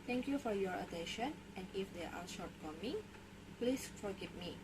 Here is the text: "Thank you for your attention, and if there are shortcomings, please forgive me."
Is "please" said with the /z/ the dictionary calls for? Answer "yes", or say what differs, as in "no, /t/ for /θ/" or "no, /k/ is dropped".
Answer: no, /s/ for /z/